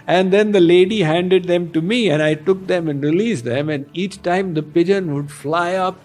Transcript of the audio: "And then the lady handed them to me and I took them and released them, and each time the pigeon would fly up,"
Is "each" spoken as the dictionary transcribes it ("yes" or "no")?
yes